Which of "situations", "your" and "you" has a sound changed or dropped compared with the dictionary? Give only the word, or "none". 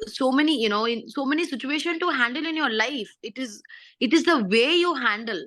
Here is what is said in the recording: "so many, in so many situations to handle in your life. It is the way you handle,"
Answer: situations